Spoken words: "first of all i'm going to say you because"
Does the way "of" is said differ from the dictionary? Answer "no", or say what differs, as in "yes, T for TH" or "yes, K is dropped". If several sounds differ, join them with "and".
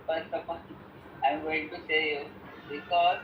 yes, P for V